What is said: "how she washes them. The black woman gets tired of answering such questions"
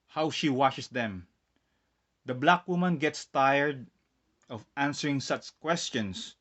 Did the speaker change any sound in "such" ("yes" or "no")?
no